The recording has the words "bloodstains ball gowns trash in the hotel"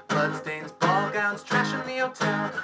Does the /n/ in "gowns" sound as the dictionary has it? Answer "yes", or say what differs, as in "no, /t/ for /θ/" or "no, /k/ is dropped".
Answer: yes